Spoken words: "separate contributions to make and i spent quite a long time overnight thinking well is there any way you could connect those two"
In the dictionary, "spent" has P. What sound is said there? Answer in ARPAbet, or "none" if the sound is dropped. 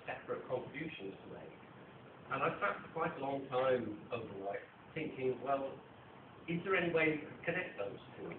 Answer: none